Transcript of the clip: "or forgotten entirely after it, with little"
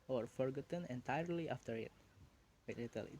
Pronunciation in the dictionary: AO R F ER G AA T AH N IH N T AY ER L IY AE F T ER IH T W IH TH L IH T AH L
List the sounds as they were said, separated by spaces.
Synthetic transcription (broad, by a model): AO R F ER G AA T AH N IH N T AY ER L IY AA F T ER IH T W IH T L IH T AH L